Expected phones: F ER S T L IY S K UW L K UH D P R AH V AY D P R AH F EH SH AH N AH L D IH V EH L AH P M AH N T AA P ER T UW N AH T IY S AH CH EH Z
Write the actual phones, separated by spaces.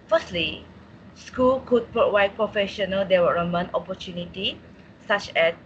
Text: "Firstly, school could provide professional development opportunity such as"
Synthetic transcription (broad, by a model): F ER S T L IY S K UW L K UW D P R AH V AY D P R AH F EH SH AH N AH L D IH W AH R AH M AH N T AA P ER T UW N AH T IY S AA CH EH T